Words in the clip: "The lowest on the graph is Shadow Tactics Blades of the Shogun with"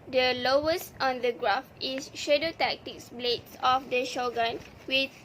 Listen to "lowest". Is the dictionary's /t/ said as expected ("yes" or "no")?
yes